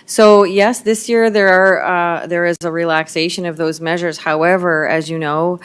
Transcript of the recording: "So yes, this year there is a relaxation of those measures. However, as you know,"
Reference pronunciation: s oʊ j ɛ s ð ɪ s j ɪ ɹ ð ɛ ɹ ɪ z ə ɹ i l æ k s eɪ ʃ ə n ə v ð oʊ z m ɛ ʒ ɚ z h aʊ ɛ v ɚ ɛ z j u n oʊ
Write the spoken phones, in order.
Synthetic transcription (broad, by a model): s oʊ j ɛ s ð ɪ s j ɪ ɹ ð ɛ ɹ ɪ z ə ɹ i l æ k s eɪ ʃ ə n ə v ð oʊ z m ɛ ʒ ɚ z h aʊ ɛ v ɚ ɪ z j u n oʊ